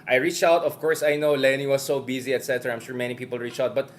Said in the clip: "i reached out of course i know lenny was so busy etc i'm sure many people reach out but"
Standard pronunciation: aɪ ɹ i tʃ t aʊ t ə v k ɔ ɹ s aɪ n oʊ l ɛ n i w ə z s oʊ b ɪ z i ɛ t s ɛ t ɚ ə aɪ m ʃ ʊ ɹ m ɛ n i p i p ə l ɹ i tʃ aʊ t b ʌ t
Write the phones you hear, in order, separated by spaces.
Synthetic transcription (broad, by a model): aɪ ɹ i tʃ aʊ t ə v k ɔ ɹ s aɪ n oʊ l ɛ n i w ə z s oʊ b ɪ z i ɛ t s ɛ t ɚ aɪ m ʃ ʊ ɹ m ɛ n i p i p ə l ɹ i tʃ aʊ t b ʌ t